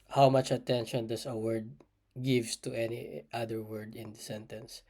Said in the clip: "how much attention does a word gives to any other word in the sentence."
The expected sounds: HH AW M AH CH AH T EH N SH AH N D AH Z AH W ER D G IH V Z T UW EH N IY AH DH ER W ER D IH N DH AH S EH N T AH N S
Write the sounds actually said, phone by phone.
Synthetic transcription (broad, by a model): HH AW M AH CH AH T EH N SH AH N D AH S AH W ER D G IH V S T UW EH N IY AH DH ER W ER D IH N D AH S EH N T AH N S